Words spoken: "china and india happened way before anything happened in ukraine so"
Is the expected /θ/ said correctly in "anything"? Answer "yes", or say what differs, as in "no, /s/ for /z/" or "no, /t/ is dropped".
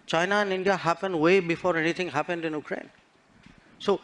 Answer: no, /t/ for /θ/